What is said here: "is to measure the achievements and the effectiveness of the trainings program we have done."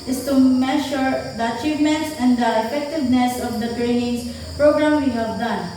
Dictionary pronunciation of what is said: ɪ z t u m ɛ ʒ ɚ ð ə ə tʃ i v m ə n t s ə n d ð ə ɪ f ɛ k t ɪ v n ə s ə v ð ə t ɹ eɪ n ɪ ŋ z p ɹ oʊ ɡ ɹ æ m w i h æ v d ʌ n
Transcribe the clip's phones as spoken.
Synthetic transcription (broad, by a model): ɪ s t u m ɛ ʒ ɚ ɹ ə ə tʃ i v m ə n t s ə n d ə ɪ f ɛ k t ɪ v n ə s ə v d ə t ɹ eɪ n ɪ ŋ s p ɹ oʊ ɡ ɹ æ m w i h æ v d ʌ n